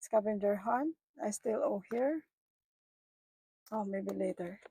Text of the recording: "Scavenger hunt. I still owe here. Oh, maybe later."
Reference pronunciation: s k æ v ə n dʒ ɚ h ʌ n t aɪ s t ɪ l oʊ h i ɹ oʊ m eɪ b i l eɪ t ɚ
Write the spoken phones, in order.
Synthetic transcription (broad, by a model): s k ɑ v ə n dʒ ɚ h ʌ n aɪ s t ɪ l oʊ h i ɹ oʊ m eɪ b i l eɪ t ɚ